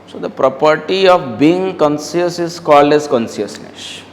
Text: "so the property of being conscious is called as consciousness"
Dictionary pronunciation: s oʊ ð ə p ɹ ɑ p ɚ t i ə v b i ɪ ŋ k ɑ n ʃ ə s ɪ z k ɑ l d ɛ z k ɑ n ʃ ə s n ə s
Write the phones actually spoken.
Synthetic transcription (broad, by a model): s oʊ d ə p ɹ ɑ p ɚ t i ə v b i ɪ ŋ k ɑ n s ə s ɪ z k ɑ l d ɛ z k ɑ n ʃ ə s n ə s